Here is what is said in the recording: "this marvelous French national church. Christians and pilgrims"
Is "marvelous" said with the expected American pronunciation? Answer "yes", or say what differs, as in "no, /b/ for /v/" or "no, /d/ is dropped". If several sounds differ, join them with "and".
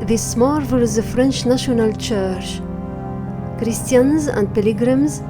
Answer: no, /s/ is dropped